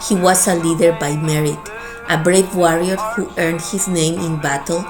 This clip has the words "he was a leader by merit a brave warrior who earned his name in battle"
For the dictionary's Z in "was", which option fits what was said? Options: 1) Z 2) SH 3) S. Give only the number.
3